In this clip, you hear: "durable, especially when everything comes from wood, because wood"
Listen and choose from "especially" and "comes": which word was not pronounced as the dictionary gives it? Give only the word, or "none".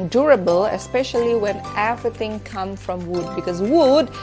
comes